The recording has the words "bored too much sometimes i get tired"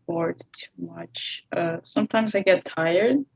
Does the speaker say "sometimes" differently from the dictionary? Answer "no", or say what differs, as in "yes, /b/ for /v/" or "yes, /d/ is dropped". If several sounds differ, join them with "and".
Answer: no